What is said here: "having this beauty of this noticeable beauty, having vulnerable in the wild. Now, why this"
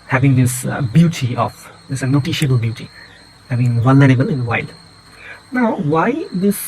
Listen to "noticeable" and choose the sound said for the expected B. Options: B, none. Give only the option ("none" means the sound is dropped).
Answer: none